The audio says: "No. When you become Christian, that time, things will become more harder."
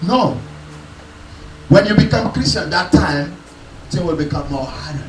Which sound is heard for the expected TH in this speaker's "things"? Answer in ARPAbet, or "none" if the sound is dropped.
T